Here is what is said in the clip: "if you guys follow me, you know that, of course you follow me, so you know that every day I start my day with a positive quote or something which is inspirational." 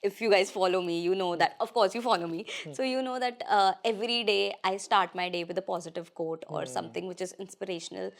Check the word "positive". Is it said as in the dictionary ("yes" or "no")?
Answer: yes